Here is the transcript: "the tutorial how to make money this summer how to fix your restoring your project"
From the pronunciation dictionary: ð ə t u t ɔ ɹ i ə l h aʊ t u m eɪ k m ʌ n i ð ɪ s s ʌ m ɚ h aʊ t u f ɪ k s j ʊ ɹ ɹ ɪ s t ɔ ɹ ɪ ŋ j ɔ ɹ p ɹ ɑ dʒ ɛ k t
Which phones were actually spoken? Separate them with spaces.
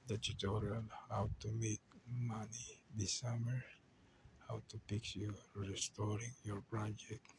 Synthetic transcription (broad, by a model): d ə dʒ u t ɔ ɹ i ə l h aʊ t u m eɪ k m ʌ n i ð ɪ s s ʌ m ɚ h aʊ t u p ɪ k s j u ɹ ɹ ɪ s t ɔ ɹ ɪ ŋ j ɔ ɹ p ɹ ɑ dʒ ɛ k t